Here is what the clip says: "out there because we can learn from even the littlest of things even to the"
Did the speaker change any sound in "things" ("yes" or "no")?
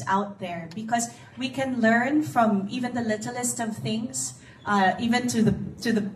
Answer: no